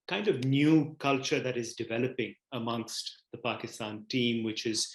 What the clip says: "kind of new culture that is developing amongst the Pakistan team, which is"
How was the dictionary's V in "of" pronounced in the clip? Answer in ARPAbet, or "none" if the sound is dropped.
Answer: V